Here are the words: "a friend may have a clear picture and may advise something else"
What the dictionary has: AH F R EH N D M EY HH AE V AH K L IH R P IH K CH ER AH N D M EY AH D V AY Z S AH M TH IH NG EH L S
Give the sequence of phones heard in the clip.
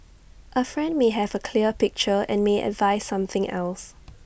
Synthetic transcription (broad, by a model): AH F R EH N D M EY HH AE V AH K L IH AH P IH K CH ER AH N M EY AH D V AY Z S AH M TH IH NG EH L S